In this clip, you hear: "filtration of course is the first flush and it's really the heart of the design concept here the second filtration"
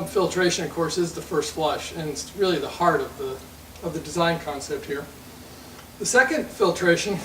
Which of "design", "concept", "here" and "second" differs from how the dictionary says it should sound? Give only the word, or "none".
none